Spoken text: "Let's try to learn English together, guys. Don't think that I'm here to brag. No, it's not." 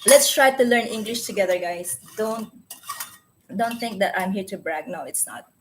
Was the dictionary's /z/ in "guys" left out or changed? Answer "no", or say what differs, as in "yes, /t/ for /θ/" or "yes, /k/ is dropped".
yes, /s/ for /z/